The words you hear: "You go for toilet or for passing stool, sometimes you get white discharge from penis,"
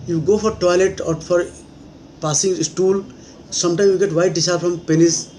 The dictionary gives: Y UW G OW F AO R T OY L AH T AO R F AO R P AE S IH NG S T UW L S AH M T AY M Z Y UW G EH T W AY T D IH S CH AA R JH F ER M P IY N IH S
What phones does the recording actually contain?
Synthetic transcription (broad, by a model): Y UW G OW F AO R T OY L AH T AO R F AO R P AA S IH NG S T UW L S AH M T AY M Y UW G EH T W AY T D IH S AA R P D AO M P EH N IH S